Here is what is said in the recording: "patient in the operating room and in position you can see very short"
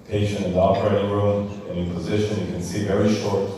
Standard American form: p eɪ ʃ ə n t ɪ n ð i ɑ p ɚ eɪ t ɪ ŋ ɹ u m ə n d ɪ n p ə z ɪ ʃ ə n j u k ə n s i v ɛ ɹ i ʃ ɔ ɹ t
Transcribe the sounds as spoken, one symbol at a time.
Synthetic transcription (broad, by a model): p eɪ ʃ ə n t ɪ n ð i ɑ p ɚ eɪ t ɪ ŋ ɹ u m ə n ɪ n p ə z ɪ ʃ ə n j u k ə n s i v ɛ ɹ i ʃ ɔ ɹ t